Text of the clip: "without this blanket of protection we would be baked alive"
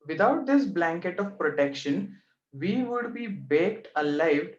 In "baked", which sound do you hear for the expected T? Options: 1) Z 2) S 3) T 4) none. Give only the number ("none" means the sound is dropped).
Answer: 3